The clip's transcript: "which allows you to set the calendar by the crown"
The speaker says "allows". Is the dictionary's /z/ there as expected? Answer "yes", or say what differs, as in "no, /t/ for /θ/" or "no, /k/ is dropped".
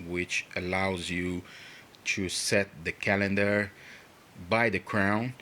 yes